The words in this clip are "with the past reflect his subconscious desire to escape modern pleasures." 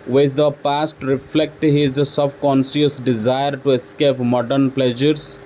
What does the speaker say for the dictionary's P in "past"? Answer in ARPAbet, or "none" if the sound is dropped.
P